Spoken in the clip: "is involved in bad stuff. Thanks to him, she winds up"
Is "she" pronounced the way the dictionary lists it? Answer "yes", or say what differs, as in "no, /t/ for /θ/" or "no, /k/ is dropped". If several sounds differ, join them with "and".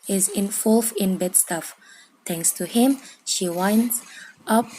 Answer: yes